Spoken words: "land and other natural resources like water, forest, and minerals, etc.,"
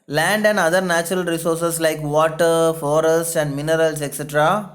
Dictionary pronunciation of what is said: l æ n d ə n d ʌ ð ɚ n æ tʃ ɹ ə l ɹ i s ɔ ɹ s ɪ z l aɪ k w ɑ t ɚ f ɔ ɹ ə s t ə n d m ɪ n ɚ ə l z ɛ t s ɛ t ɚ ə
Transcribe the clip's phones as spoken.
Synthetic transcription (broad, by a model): l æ n d ə n d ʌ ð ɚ n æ tʃ ɹ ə l ɹ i s ɔ ɹ s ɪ s l aɪ k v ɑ t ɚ f ɔ ɹ ə s t ə n d m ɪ n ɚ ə l s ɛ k s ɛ t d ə